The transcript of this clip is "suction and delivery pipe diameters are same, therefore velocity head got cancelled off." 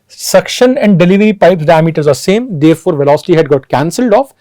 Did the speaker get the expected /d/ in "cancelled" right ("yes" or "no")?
yes